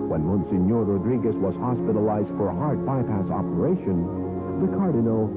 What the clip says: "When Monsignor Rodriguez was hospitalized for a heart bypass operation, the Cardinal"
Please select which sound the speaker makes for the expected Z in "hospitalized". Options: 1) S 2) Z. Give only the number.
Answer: 2